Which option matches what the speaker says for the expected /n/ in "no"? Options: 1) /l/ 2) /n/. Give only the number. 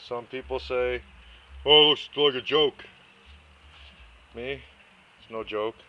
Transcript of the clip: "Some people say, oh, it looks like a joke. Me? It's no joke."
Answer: 2